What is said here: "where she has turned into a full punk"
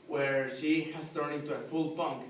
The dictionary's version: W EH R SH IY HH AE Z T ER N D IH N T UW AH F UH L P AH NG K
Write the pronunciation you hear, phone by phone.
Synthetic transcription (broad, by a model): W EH R SH IY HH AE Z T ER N IH N T UW AH F UH L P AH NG K